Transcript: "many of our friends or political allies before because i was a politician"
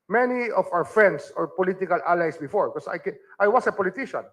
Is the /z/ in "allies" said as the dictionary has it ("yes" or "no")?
no